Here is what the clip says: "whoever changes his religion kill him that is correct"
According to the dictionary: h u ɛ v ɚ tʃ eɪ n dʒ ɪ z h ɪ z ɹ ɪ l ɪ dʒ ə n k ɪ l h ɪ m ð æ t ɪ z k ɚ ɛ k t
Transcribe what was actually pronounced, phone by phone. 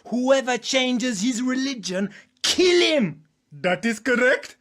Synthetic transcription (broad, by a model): h u ɛ v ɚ tʃ eɪ n dʒ ɪ z h ɪ z ɹ ɪ l ɪ dʒ ə n k ɪ l h ɪ m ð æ t ɪ z k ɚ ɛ k t